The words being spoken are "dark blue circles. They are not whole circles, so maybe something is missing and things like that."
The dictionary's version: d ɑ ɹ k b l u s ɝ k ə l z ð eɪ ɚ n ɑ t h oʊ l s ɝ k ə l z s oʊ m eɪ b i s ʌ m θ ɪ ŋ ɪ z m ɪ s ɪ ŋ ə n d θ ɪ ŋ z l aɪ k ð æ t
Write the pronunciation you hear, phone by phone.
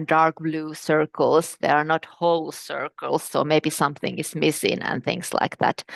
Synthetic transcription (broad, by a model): d ɑ ɹ k b l u s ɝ k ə l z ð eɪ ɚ n ɑ t h oʊ l s ɝ k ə l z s oʊ m eɪ b i s ʌ m θ ɪ ŋ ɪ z m ɪ s ɪ ŋ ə n θ ɪ ŋ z l aɪ k ð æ t